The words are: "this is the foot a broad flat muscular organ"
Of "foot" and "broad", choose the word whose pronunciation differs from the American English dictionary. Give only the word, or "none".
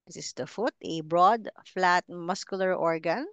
none